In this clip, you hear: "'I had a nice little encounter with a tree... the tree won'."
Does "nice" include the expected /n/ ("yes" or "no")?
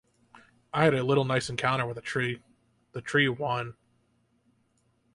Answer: no